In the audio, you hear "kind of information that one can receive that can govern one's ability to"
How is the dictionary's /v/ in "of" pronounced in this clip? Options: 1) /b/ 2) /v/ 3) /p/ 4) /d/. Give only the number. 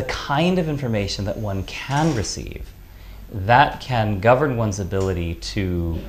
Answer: 2